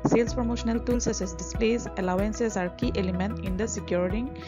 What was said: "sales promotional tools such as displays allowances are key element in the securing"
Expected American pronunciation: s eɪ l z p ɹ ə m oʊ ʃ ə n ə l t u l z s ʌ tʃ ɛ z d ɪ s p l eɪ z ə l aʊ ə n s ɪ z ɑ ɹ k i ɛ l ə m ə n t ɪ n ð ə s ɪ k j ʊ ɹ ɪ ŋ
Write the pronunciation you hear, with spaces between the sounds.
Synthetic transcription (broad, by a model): s eɪ l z p ɹ ə m oʊ ʃ ə n ə l t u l s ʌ s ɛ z d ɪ s p l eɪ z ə l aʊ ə n s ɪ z ɑ ɹ k i ɛ l ə m ə n t ɪ n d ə s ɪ k j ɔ ɹ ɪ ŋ